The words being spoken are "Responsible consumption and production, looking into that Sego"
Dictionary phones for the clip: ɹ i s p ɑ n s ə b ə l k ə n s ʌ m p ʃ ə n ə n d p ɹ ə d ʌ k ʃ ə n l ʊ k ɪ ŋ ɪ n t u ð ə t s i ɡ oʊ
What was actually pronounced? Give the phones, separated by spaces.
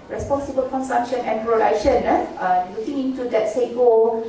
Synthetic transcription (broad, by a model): ɹ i s p ɑ n s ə b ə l k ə n s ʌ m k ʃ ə n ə n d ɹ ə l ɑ ʃ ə n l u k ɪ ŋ ɪ n t u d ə t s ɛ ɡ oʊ